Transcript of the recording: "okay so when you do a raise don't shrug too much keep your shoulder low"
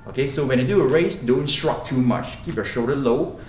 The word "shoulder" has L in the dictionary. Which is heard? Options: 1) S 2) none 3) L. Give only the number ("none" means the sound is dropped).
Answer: 2